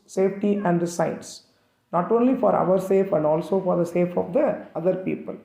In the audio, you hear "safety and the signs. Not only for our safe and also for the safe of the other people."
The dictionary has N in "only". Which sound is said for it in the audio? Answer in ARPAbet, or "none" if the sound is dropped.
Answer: N